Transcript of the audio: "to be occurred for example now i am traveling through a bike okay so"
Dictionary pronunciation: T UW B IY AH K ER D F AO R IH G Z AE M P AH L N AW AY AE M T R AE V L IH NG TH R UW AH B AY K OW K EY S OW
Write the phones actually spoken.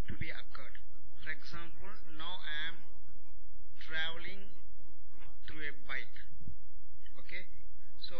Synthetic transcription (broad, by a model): T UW B IY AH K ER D F AO R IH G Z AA M P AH L N AW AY M T R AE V L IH NG T R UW AH B AY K OW K EY S OW